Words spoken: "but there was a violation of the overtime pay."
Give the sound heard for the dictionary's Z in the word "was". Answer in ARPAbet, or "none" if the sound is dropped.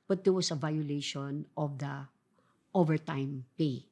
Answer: S